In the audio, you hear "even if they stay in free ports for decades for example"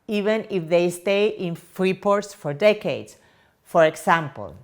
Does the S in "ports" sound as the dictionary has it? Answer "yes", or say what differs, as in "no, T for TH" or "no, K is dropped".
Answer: yes